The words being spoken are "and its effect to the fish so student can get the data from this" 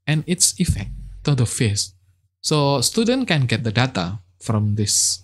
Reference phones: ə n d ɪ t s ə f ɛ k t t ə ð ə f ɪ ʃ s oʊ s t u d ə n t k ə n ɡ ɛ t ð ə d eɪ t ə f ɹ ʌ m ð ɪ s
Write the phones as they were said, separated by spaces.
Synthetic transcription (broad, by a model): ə n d ɪ t s ə f ɛ k t t ə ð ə f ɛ s s oʊ s t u d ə n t k ə n ɡ ɛ t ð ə d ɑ t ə f ɹ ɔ m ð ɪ s